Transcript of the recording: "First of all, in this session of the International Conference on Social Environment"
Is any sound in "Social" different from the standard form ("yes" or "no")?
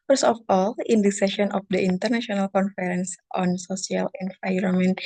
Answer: yes